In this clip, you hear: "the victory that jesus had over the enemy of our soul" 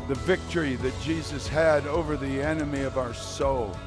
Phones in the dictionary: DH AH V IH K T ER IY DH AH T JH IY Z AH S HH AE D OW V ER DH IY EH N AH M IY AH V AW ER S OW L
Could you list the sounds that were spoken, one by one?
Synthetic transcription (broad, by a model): DH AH V IH K T ER IY DH AH T JH IY Z AH S HH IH D OW V ER DH IY EH N AH M IY AH V AW ER S OW L